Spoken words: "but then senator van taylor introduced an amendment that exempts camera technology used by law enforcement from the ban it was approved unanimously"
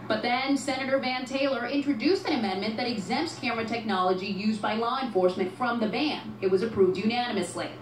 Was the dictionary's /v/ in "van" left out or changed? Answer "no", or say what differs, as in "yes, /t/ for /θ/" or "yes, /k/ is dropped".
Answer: no